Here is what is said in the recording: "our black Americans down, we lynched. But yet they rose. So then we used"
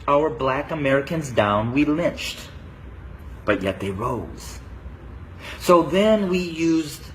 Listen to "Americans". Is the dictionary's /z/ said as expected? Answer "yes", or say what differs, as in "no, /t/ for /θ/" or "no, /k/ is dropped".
yes